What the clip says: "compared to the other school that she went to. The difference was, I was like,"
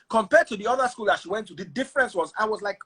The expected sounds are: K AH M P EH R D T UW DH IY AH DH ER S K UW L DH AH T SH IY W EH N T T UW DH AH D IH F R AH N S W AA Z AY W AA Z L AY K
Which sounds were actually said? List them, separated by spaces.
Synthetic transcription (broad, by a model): K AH M P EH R D T UW DH IY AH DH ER S K UW L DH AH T SH IY W EH N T T UW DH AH D IH F R AH N S W AA Z AY W AA Z L AY K